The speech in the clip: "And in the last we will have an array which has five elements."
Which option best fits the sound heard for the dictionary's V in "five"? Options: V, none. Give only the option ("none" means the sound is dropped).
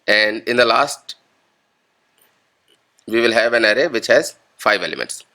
V